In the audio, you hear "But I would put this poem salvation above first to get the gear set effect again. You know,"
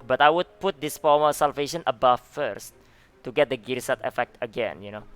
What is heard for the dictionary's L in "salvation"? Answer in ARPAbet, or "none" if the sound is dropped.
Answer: L